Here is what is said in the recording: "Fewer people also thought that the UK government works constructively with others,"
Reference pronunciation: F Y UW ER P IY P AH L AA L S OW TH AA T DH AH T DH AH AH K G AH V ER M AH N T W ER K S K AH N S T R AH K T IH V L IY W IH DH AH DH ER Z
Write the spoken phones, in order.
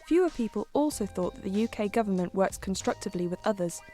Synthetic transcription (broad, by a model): F Y UW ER P IY P AH L AA L S OW TH AA T DH AH T DH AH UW K G AH V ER M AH N T W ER K S K AH N S T R AH K T IH V L IY W IH DH AH DH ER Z